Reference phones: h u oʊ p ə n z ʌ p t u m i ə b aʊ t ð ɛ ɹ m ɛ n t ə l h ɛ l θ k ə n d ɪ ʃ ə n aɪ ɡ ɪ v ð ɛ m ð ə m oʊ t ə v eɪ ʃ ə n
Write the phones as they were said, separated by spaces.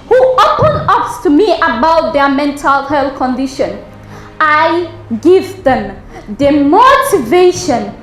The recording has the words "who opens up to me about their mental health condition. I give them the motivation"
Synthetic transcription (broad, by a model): h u oʊ p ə n ʌ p t u m i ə b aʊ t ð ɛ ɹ m ɛ n t ə l h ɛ l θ k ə n d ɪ ʃ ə n aɪ ɡ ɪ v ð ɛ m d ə m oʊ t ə v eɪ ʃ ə n